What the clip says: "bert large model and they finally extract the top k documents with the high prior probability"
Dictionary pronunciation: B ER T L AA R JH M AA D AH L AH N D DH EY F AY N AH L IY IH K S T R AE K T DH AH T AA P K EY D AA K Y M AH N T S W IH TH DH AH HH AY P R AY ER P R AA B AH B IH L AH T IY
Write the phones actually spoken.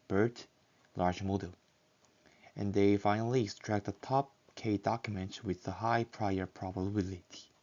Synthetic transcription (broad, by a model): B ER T L AA R JH M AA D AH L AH N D DH EY F AY N AH L IY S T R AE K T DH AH T AA P K EY D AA K Y M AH N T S W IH DH AH HH AY P R AY ER P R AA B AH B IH L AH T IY